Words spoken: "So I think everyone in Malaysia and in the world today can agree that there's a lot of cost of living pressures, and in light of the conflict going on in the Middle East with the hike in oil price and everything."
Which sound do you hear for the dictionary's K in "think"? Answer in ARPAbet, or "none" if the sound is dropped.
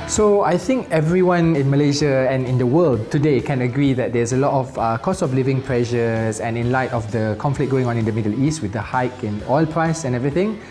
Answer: K